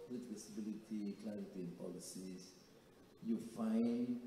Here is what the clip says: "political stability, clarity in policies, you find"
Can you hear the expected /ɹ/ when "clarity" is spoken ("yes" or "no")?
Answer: no